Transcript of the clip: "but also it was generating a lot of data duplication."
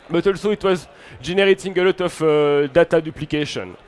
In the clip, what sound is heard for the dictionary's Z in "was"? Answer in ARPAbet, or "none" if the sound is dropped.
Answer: Z